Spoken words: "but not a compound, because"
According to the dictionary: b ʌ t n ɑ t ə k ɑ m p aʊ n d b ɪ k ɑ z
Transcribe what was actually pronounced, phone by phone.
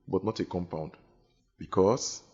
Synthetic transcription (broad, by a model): b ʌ t n ɑ t ə k ɑ m p aʊ n d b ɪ k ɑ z